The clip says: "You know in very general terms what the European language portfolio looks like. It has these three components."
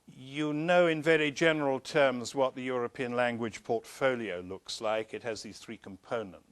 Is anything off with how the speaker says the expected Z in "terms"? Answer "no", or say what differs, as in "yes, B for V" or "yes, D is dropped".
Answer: no